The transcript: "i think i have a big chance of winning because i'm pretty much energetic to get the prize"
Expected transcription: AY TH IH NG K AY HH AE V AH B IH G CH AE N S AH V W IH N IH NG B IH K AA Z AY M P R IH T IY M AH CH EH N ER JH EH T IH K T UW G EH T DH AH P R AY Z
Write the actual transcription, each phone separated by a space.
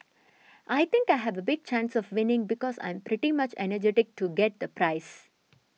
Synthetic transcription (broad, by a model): AY T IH NG K AY HH AE V AH B IH G CH AE N S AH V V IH N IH NG B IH K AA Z AY M P R IH T IY M AH CH EH N ER JH EH T IH K T UW G EH T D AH P R AY S